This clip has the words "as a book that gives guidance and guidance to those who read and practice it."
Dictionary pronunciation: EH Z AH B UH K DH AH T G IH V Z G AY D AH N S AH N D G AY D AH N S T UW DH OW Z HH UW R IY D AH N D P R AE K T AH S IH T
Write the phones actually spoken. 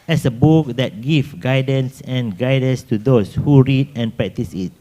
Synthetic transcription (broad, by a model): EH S AH B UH K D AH T G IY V G AY D AH N S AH N G AY D AH N S T UW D OW S HH UW R IY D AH N P R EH K T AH S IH T